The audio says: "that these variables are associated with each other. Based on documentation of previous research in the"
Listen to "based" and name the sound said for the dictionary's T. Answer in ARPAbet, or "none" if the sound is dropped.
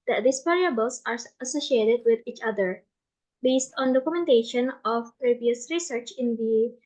T